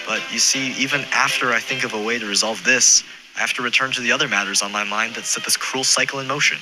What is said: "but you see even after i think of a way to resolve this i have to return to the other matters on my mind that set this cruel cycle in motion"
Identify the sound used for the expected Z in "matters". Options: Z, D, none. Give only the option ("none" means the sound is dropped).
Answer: Z